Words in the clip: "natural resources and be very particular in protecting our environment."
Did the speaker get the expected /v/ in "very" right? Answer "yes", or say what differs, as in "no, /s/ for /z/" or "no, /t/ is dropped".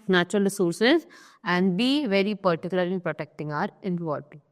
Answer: yes